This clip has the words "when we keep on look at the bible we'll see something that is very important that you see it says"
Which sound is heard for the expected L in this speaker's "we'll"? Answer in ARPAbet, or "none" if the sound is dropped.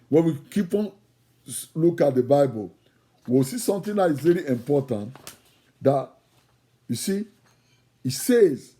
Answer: W